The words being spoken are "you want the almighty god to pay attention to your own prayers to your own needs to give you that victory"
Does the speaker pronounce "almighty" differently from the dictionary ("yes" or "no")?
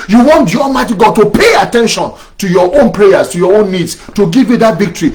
yes